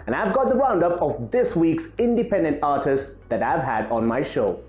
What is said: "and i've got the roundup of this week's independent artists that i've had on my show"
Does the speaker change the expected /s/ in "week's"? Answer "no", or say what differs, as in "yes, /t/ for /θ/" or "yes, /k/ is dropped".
no